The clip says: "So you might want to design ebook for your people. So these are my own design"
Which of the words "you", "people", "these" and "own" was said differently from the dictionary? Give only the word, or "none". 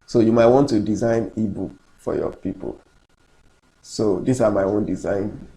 these